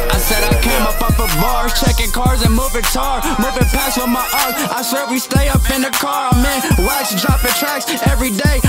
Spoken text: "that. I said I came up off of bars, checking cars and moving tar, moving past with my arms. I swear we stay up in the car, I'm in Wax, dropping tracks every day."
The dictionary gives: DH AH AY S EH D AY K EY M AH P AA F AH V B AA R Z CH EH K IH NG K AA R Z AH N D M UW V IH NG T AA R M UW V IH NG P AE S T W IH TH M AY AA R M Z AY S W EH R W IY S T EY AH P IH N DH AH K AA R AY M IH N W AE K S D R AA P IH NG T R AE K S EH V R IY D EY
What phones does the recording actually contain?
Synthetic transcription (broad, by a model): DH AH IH S EH D AY K EY M AH P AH P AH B AA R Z CH EH K IH NG K AA R Z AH N M UW V IH NG T AA R M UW V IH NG P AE S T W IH M AY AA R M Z AY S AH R W IY S T EY AH P IH N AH K AA R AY M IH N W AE S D R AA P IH T R AE K S EH V R IY D EY